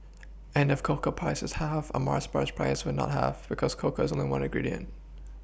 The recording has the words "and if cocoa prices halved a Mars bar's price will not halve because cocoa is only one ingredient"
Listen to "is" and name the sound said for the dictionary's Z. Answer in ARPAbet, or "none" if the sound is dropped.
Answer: Z